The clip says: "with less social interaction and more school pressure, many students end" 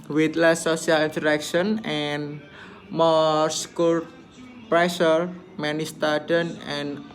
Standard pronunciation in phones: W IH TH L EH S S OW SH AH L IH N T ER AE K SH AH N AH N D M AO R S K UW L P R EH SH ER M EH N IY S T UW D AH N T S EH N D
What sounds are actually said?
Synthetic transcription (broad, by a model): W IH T L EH S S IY AH L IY N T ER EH K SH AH N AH N M AO R S K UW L P R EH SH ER M EH N IY S T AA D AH N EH N